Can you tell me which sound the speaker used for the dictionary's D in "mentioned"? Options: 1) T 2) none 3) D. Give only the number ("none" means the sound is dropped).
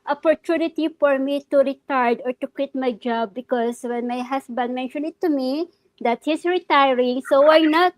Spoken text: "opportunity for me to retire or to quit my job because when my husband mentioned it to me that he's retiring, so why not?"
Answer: 2